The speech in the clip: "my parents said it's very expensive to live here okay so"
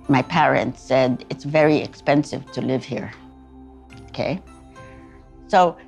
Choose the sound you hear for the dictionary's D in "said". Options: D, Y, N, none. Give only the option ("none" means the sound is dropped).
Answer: D